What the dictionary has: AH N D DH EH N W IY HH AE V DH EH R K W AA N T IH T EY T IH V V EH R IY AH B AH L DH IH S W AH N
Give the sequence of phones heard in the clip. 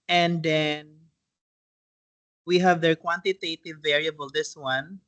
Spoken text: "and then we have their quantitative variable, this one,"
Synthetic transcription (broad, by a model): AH N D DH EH N W IY HH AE V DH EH R K W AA N T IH T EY T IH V V EH R IY AH B AH L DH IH S W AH N